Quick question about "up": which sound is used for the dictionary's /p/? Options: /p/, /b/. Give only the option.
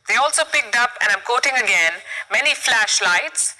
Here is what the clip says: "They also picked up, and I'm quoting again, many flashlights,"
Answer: /p/